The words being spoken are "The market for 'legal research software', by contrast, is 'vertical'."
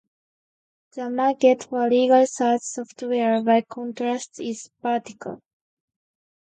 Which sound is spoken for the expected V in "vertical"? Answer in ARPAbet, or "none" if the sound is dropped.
P